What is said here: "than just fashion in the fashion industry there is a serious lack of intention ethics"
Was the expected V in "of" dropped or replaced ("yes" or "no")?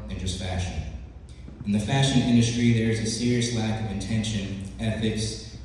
no